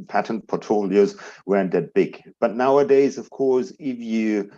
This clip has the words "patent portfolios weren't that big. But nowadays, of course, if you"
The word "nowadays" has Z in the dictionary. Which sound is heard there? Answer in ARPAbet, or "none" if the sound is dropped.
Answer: Z